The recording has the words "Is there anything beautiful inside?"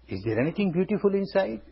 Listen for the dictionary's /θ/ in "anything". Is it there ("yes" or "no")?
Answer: no